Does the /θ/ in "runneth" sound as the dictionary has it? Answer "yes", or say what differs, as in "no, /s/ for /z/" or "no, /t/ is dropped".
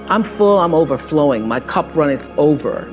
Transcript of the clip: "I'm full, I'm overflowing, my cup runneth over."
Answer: no, /s/ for /θ/